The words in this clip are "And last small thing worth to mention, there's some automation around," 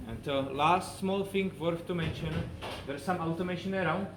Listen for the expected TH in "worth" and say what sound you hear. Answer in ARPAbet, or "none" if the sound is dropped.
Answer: F